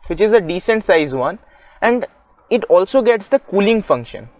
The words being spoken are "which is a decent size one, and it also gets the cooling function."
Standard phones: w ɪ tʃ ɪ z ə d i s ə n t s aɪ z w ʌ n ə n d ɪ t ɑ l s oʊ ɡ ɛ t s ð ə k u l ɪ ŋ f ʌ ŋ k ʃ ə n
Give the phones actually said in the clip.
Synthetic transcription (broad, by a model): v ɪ tʃ ɪ z ə d i s ə n t s aɪ z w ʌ n ə n d ɪ t ɑ l s oʊ ɡ ɛ t s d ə k u l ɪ ŋ f ʌ ŋ k ʃ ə n